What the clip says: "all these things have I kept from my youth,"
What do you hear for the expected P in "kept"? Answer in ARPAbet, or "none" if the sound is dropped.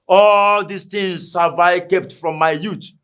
P